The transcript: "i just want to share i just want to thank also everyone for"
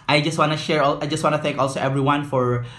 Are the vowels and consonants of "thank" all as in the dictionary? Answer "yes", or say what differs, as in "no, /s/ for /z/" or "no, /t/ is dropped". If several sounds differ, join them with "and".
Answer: yes